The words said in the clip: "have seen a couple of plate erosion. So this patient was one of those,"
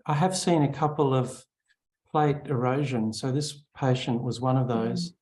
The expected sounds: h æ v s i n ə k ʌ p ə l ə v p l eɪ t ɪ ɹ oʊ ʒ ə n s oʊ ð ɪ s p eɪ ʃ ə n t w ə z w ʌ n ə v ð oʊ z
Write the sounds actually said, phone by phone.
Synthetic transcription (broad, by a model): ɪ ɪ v s i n ə k ʌ p l ə v p l eɪ t ɪ ɹ oʊ ʒ ə n s oʊ ð ɪ s p eɪ ʃ ə n t w ə z w ʌ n ə v ð oʊ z